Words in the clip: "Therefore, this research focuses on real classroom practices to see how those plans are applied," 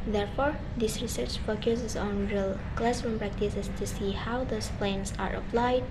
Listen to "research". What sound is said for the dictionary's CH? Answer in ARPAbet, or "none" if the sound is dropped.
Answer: CH